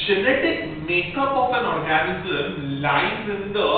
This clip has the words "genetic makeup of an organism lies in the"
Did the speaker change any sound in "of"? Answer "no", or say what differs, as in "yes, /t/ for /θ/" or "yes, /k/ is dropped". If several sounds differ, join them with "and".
yes, /p/ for /v/